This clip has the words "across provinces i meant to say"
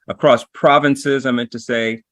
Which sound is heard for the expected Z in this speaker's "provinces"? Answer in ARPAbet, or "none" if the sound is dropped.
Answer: Z